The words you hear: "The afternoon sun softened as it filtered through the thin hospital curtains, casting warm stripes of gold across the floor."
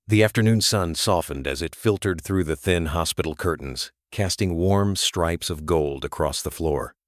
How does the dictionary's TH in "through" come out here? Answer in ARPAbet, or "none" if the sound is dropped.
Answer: TH